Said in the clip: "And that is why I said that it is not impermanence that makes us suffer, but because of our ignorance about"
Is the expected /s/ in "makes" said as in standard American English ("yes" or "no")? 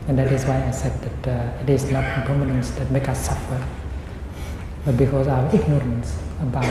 no